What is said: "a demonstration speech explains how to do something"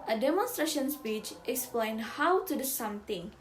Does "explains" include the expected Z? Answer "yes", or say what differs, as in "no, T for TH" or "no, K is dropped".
no, Z is dropped